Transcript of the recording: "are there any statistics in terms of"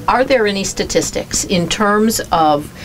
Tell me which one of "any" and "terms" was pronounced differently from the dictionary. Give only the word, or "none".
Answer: none